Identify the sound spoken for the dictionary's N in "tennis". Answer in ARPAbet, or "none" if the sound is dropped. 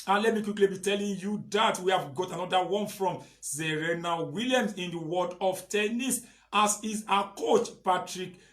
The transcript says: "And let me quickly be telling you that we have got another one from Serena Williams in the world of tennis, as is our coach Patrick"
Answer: N